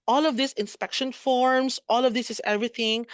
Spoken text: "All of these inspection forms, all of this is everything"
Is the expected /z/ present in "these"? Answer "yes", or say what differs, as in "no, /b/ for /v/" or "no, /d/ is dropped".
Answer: no, /s/ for /z/